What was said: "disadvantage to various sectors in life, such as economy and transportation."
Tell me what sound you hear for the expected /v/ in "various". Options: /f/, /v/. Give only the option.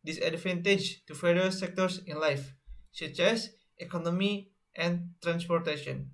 /f/